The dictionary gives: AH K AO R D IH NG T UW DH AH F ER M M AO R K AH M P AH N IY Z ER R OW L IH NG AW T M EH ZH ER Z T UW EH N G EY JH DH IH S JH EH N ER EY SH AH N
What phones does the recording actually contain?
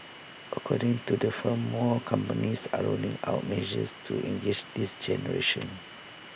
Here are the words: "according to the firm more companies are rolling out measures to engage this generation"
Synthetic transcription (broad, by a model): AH K AO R D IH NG T UW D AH F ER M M AO K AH M P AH N IY S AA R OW N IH NG AW T M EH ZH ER S T UW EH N G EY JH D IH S JH EH N ER EY SH AH N